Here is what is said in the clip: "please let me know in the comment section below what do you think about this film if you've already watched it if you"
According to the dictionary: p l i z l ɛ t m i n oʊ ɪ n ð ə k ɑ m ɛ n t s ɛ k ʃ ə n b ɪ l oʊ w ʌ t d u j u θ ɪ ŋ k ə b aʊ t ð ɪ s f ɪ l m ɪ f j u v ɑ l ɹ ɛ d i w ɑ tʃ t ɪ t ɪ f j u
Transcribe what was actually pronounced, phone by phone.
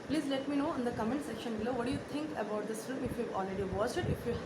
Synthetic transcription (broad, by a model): p l i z l ɛ t m i n oʊ ɪ n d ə k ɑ m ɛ n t s ɛ k ʃ ə n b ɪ l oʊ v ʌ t d u j u t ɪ ŋ k ə b aʊ t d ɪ s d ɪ m ɪ f j u v ɑ l ɹ ɛ d i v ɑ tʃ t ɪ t ɪ f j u